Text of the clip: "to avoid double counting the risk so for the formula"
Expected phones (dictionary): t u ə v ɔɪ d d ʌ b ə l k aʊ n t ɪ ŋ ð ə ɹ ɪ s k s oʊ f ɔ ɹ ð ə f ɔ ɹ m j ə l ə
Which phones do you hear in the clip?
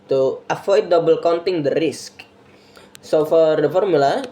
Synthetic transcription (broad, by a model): t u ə f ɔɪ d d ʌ b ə l k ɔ n t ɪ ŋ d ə ɹ ɪ s k s oʊ f ɔ ɹ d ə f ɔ ɹ m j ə l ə